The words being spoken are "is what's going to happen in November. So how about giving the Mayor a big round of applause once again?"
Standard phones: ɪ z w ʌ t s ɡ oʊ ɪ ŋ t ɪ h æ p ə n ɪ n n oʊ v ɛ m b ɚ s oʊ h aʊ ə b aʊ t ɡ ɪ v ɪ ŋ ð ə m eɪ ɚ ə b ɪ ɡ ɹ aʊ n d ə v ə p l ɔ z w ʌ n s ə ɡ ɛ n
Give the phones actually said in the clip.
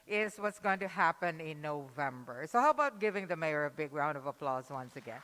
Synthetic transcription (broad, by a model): ɪ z w ʌ t s ɡ oʊ ɪ ŋ t ɪ h æ p ə n ɪ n n oʊ v ɛ m b ɚ s oʊ h aʊ ə b aʊ t ɡ ɪ v ɪ ŋ ð ə m eɪ ɚ ə b ɪ ɡ ɹ aʊ n d ə v ə p l ɔ z w ʌ n s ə ɡ ɛ n